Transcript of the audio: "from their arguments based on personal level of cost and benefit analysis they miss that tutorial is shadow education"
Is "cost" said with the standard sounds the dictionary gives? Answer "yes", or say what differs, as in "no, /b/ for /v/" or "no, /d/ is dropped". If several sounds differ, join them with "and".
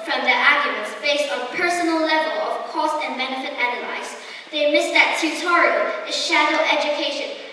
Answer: yes